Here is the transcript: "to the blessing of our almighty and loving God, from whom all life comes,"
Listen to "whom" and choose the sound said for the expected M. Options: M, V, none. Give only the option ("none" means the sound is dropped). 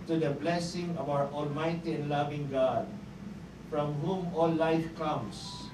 M